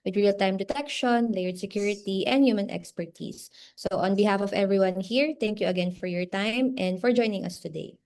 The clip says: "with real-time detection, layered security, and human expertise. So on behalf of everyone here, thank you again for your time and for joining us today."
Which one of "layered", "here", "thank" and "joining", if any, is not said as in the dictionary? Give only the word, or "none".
thank